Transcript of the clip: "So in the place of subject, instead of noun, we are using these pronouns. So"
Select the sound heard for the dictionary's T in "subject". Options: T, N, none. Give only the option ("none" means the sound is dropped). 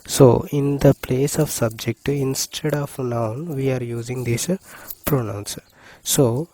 T